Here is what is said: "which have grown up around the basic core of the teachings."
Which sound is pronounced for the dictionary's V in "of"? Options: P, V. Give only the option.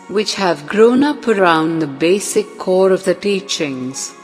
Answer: V